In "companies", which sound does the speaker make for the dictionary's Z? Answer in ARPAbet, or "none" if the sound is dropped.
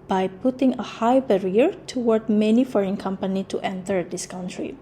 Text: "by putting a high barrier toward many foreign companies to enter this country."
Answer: none